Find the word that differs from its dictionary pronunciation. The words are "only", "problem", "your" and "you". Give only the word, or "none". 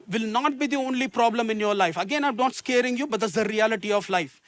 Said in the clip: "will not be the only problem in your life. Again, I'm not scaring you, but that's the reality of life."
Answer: none